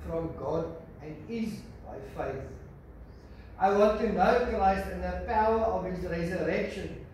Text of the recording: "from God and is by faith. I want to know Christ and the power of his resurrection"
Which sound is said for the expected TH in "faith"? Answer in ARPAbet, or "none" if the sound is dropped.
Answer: TH